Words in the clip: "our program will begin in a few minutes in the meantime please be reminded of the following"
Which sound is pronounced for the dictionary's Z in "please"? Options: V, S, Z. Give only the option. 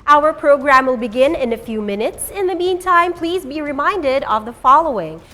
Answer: Z